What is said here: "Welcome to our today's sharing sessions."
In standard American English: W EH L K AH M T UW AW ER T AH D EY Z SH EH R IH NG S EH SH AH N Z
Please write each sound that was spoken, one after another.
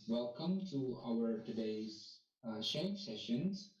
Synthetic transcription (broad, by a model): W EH L K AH M T UW AW ER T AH D EY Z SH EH IH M S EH SH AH N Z